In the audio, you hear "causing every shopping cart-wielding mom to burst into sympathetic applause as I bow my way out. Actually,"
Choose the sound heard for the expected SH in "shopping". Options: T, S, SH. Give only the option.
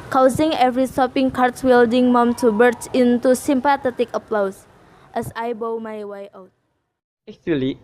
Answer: S